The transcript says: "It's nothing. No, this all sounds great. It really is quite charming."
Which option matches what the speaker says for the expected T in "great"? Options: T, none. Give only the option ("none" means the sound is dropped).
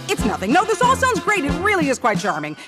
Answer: T